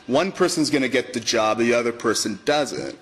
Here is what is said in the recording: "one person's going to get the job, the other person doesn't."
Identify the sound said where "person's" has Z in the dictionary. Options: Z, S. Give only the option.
Z